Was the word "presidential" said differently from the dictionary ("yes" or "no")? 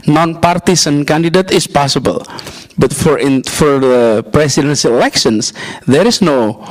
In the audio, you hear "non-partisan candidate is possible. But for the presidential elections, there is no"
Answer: yes